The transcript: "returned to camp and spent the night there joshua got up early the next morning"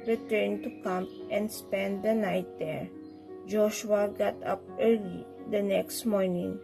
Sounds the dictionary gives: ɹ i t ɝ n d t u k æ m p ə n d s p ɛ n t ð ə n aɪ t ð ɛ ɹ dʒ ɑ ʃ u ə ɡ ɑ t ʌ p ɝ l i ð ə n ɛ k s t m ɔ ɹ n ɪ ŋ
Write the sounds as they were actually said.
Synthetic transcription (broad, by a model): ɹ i t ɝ n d t u k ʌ m ə n d s p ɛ n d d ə n aɪ t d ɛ ɹ dʒ ɑ ʃ u ə ɡ ɑ t ʌ p ɝ l i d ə n ɛ k s t m ɔ ɹ n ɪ ŋ